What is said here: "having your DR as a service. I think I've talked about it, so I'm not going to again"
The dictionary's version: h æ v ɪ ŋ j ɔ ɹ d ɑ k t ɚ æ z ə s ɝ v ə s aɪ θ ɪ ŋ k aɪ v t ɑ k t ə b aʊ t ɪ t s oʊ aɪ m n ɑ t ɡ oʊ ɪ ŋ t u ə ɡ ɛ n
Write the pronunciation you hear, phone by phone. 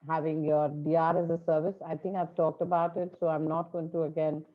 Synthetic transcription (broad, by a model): h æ v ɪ ŋ j ɔ ɹ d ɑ t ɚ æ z ə s ɝ v ə s aɪ t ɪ ŋ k aɪ v t ɑ k t ə b aʊ t ɪ t s oʊ aɪ m n ɑ t ɡ oʊ ɪ ŋ t u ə ɡ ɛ n